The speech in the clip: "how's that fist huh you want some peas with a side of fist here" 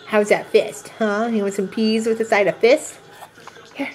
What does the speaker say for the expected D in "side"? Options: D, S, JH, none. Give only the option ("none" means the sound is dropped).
D